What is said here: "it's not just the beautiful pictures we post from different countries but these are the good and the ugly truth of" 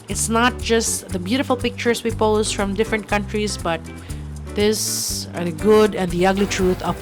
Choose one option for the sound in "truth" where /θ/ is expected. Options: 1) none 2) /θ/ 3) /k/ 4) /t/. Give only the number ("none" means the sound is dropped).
4